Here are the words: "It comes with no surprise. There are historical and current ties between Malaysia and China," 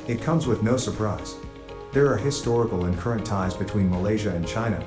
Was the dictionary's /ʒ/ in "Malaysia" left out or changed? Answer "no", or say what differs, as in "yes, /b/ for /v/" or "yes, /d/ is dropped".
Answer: no